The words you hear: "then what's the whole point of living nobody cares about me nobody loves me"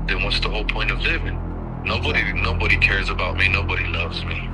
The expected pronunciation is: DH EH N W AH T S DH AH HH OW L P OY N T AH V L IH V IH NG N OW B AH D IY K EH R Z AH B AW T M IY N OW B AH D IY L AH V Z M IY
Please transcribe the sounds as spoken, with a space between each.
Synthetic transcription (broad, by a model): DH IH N W AH T S DH AH HH OW L P OY N T AH V L IH V IH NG N OW B AH D IY K EH R Z AH B AW T M IY N OW B AH D IY L AH V Z M IY